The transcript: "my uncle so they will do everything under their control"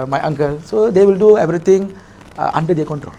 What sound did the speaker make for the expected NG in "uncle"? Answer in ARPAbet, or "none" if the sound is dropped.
NG